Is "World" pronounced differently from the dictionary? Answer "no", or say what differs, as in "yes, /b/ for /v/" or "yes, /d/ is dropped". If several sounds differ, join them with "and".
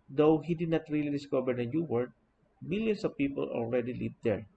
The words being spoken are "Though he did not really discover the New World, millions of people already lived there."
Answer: yes, /l/ is dropped